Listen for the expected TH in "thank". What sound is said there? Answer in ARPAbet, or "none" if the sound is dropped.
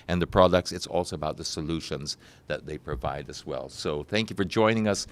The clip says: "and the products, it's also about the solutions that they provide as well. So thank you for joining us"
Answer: TH